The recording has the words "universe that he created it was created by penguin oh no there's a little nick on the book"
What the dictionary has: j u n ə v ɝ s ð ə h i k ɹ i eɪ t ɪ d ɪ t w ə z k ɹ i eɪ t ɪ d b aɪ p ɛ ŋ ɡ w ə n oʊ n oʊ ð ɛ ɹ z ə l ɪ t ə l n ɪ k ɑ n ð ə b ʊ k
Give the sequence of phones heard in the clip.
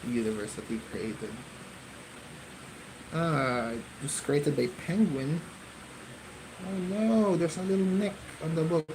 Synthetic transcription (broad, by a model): j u n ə v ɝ s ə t i k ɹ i eɪ t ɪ d ɪ t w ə s k ɹ i eɪ t ɪ d b aɪ p ɛ ŋ ɡ w ə n oʊ n oʊ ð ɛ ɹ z ə l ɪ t l n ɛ k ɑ n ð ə b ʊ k